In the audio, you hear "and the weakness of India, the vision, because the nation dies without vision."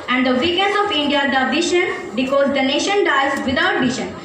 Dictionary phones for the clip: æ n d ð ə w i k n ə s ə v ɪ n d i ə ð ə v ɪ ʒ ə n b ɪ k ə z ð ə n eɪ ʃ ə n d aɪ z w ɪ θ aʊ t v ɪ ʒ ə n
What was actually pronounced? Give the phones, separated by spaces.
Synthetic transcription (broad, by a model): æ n d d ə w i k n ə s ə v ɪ n d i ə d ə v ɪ ʃ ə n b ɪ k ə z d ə n eɪ ʃ ə n d aɪ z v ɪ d aʊ t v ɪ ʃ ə n